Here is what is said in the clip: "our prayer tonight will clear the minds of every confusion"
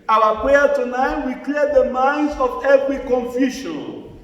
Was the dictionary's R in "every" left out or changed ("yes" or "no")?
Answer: no